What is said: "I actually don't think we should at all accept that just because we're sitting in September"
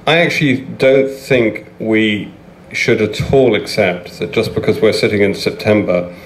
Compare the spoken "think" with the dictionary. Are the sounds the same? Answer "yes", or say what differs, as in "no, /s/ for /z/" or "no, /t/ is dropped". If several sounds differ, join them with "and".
yes